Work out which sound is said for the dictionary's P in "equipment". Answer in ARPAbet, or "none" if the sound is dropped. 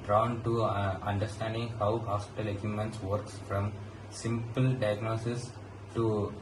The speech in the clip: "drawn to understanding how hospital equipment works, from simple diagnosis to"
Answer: none